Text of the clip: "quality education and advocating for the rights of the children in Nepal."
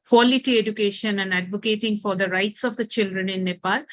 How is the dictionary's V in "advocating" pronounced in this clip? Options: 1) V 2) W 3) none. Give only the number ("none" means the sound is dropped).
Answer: 1